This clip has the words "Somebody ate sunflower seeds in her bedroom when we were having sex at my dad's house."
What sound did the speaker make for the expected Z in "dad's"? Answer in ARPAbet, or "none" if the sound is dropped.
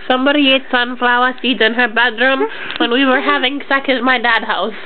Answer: none